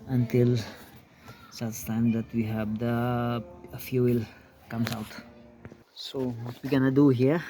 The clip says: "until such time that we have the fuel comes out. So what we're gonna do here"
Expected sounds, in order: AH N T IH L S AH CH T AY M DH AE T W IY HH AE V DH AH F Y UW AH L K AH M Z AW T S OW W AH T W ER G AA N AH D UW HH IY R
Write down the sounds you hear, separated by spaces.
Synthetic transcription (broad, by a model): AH N T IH L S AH S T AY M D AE T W IY HH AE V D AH F Y UW AH L K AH M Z AW T S OW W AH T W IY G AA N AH D UW HH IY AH